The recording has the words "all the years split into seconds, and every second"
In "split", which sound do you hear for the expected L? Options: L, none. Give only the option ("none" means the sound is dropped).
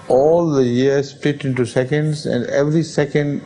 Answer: none